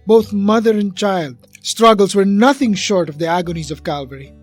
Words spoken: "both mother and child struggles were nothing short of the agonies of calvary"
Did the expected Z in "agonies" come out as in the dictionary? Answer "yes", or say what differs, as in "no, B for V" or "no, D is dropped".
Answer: yes